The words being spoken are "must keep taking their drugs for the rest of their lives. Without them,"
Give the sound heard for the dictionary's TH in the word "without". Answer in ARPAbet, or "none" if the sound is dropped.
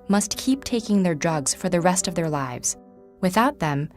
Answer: TH